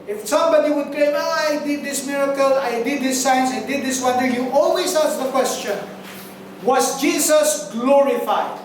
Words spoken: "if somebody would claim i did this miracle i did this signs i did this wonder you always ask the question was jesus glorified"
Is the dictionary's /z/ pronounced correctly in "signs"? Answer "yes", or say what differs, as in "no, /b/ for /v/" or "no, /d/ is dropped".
no, /s/ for /z/